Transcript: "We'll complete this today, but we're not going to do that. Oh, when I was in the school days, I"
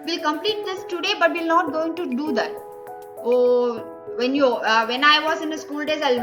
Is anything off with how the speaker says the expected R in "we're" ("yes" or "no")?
yes